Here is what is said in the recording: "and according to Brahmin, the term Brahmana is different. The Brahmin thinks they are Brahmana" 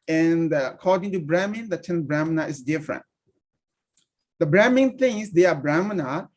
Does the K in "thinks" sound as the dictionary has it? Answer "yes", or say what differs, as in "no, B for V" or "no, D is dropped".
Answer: no, K is dropped